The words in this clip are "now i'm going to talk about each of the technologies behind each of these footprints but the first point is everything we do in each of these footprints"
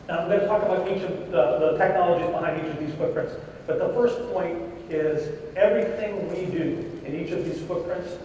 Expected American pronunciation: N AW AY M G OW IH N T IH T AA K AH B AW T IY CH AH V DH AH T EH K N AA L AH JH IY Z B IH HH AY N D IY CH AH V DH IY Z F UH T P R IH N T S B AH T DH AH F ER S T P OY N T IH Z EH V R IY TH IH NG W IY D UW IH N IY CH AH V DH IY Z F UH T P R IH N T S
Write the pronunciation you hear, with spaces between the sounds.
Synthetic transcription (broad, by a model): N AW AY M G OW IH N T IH T AA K AH B AW T IY CH AH V DH AH T EH K N AA L AH JH IY Z B IH HH AY N D IY CH AH V DH IY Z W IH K P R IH N T S B AH T DH AH F ER S P OY N T IH Z EH V R IY TH IH NG W IY D UW IH N IY CH AH V DH IY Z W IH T P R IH N T S